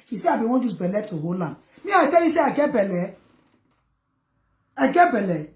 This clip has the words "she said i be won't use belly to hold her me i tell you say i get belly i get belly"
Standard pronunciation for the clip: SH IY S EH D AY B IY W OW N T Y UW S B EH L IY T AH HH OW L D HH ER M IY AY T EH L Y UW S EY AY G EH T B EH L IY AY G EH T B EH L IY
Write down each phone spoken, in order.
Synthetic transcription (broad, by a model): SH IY S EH AY B IY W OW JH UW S B EH L IY T AH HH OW L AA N M IY AY T EH L Y UW S EY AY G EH B EH L IY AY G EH B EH L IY